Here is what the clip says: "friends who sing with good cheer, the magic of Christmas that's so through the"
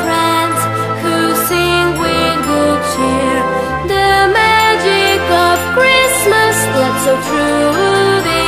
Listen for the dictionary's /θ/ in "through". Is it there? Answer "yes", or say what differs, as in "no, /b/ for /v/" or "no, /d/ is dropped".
no, /t/ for /θ/